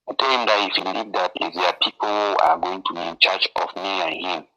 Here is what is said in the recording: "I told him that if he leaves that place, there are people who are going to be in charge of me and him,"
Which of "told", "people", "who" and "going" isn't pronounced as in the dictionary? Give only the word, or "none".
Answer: told